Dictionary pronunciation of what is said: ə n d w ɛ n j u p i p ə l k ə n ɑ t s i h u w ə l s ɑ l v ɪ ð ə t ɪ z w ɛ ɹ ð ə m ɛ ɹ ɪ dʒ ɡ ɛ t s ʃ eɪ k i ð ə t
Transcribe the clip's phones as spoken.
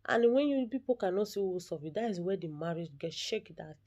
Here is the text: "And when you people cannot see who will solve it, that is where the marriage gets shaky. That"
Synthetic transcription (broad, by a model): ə n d w ɛ n j u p i p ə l k ə n ɑ t s i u s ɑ v ɪ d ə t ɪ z w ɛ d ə m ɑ ɹ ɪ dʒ ɡ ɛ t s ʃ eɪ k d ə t